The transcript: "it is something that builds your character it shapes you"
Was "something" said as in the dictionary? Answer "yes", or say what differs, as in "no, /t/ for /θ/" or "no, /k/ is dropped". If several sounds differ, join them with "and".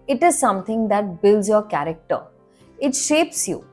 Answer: no, /t/ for /θ/